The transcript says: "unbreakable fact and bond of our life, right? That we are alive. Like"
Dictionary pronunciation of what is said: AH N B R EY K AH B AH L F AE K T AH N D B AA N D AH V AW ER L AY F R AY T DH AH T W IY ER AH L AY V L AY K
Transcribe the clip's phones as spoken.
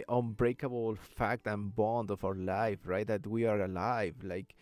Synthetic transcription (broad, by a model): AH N B R EY K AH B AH L F AE K T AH N B AA N D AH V AW ER L AY F R AY T DH AH T W IY ER AH L AY V L AY K